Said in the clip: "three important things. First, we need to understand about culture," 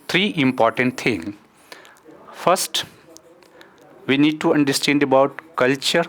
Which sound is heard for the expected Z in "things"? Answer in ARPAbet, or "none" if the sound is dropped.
none